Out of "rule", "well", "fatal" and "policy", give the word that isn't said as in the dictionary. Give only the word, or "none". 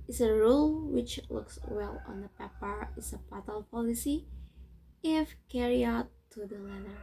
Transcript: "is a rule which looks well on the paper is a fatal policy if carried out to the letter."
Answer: fatal